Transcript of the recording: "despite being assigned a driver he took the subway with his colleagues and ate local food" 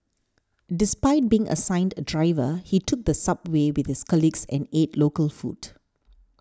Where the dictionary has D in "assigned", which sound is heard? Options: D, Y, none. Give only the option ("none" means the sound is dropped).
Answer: D